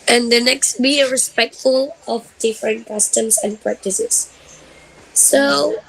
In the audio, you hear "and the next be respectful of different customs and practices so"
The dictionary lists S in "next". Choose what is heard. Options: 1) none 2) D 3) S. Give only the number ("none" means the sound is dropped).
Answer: 3